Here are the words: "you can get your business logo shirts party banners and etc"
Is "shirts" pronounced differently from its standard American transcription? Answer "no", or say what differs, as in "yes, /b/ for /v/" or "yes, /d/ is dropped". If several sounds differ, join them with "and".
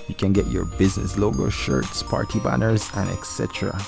no